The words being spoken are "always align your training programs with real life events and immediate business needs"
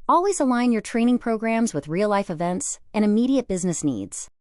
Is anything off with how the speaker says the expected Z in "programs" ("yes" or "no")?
no